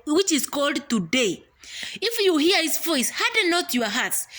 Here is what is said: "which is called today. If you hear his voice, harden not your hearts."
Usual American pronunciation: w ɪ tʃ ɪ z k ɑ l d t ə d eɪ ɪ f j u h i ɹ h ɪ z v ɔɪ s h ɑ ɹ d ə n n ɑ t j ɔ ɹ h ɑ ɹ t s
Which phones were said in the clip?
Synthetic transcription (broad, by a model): w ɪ tʃ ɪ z k ɑ l d t ə d eɪ ɪ f j u h i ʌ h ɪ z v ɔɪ s h ɑ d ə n n ɑ t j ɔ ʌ h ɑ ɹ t s